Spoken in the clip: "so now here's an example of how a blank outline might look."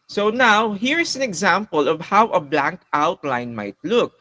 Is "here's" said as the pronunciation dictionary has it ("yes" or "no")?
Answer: no